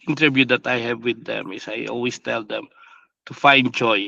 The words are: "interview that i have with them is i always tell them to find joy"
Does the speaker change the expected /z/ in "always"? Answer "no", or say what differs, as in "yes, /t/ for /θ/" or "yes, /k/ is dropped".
yes, /s/ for /z/